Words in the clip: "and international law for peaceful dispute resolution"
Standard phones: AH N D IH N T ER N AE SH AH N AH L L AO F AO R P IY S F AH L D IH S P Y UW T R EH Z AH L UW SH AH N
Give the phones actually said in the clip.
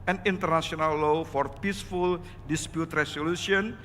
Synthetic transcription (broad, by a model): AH N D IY N T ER N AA S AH N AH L L AO F AO R P IY S F AH L D IH S P Y UW T R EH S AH L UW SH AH N